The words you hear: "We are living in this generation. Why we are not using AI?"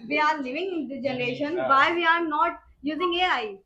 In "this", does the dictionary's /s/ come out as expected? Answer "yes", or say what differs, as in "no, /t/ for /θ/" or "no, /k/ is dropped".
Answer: no, /s/ is dropped